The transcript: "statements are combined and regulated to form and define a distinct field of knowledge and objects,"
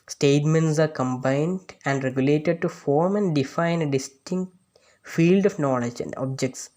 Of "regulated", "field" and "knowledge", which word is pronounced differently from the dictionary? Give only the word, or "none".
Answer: none